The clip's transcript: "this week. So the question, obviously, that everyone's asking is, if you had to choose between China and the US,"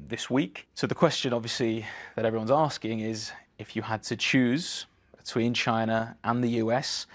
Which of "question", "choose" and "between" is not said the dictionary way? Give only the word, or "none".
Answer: none